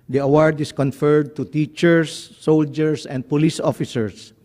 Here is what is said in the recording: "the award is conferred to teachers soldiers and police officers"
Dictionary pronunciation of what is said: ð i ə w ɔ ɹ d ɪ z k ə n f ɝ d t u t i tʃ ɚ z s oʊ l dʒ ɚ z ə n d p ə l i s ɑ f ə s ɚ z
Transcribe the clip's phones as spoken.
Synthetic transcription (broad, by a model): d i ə w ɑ ɹ d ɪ s k ə n f ɝ d t u t i tʃ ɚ s oʊ l dʒ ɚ s ə n d p ə l i s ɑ f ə s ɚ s